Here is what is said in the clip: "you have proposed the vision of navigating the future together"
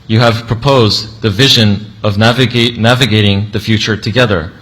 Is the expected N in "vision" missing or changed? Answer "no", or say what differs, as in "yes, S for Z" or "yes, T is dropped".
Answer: no